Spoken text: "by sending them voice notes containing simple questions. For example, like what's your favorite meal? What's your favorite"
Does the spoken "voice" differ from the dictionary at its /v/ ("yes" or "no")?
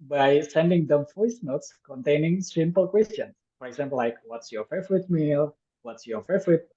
yes